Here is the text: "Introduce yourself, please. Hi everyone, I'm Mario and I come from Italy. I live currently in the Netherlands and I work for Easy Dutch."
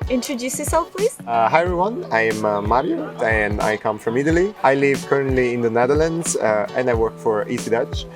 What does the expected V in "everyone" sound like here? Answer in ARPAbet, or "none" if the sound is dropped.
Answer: none